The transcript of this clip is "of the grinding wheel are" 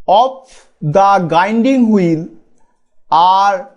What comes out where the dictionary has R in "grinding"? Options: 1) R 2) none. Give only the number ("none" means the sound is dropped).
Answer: 2